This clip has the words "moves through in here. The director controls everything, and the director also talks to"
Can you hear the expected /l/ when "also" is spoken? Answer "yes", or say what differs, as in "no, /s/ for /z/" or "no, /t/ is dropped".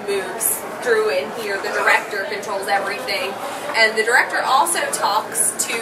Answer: yes